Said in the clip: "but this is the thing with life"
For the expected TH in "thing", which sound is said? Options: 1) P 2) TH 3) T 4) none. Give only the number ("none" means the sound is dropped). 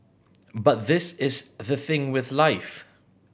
2